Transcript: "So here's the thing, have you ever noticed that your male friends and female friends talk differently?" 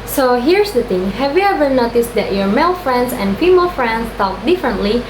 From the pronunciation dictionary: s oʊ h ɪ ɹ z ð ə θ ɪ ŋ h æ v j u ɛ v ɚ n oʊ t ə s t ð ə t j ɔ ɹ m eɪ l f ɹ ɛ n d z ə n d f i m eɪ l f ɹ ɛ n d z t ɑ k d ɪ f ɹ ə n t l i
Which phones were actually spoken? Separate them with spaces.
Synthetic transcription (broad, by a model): s oʊ h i ɹ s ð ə t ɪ ŋ h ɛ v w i ɛ v ɚ n oʊ t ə s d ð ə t j ɔ ɹ m eɪ l f ɹ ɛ n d s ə n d f i m eɪ l f ɹ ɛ n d s t ɑ k d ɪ f ɹ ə n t l i